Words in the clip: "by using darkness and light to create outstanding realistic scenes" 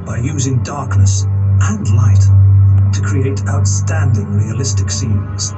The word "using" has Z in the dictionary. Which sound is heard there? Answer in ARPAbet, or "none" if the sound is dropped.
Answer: Z